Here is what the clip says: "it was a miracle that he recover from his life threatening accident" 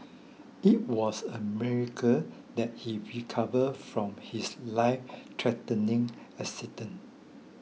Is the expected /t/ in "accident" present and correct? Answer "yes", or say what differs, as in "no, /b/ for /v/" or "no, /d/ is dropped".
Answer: no, /t/ is dropped